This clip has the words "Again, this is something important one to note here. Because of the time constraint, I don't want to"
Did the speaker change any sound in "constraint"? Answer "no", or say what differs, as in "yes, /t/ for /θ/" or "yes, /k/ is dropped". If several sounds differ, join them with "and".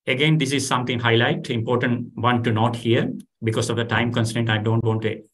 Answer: yes, /ɹ/ is dropped